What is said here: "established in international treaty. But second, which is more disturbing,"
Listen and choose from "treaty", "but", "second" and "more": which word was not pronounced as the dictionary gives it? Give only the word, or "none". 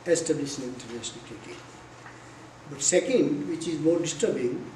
treaty